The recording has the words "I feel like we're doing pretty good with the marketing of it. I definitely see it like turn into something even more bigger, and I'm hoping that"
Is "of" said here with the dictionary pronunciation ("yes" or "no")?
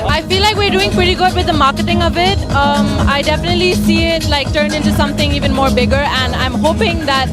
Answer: yes